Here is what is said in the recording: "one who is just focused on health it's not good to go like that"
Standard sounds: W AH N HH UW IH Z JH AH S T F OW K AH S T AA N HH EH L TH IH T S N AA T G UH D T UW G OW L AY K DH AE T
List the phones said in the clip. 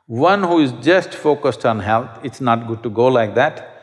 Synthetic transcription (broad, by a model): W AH N HH UW IH Z JH AH S T F OW K AH S T AA N HH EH L T IH T S N AA T G UH D T UW G OW L AY K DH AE T